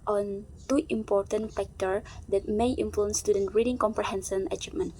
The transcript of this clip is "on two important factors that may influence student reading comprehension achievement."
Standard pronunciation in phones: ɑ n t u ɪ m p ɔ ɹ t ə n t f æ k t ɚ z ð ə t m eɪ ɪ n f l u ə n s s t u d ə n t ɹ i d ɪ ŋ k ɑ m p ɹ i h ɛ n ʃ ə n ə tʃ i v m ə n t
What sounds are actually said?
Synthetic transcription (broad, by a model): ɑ n t u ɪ m p ɔ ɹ t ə n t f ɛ k t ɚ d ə t m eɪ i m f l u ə n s s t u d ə n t ɹ i d ɪ ŋ k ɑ m p ɹ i h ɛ n s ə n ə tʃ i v m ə n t